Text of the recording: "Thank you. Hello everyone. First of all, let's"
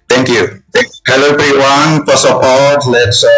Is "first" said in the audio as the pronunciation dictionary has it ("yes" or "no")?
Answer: no